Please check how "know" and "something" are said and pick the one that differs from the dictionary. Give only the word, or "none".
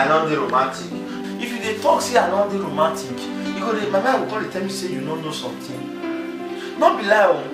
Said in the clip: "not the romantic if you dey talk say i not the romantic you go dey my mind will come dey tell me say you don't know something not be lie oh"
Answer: something